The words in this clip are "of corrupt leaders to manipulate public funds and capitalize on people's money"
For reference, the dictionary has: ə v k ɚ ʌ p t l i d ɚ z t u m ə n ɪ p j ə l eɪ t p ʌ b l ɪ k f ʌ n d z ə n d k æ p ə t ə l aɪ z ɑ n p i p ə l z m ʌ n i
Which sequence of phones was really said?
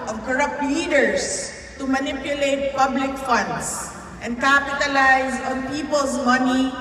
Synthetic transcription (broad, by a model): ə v k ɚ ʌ p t l i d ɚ s t u m ə n ɪ p j ə l eɪ t p ʌ b l ɪ k f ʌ n d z ə n d k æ p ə t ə l aɪ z ɑ n p i p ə l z m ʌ n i